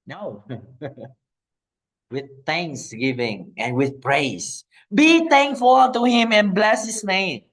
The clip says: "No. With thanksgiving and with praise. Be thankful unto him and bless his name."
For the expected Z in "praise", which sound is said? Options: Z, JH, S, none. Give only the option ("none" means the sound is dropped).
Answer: S